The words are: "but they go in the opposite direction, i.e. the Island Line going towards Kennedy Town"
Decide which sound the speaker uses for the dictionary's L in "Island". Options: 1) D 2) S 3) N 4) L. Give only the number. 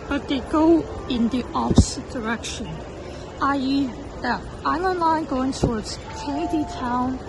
3